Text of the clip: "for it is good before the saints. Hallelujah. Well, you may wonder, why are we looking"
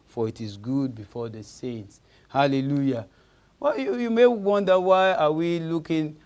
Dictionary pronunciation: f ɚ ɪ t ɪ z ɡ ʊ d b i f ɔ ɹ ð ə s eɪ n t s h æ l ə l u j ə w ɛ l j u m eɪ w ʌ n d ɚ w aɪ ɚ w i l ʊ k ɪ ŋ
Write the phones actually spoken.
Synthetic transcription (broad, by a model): f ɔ ɪ t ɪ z ɡ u d b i f ɔ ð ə s eɪ n t s h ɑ l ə l u j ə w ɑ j j u m eɪ w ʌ n d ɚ w aɪ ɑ w i l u k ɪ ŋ